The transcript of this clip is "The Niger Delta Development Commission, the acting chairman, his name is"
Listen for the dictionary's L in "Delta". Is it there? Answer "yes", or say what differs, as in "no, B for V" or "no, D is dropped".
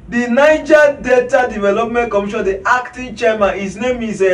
no, L is dropped